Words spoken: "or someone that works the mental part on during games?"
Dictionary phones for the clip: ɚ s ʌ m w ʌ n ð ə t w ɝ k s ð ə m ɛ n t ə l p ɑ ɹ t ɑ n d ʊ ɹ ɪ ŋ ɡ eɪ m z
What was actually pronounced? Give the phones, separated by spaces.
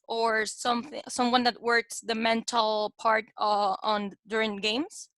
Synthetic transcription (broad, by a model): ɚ s ʌ m w ʌ n ð ə t w ɝ k s ð ə m ɛ n t l p ɑ ɹ t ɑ n d ʊ ɹ ɪ ŋ ɡ eɪ m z